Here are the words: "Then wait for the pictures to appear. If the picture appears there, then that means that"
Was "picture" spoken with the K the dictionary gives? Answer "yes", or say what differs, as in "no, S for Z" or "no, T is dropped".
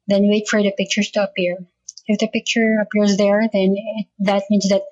yes